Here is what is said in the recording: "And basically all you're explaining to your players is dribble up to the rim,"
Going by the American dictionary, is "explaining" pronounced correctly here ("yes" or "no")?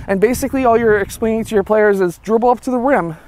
no